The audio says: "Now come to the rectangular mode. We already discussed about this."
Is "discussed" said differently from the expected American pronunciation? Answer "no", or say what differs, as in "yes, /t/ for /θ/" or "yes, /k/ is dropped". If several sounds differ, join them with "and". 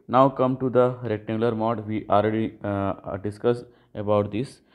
yes, /t/ is dropped